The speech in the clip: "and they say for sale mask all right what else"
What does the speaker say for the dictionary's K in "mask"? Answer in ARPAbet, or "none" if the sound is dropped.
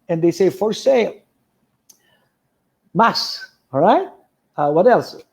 none